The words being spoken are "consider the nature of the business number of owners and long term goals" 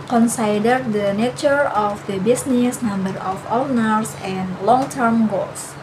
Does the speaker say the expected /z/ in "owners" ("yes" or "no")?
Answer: no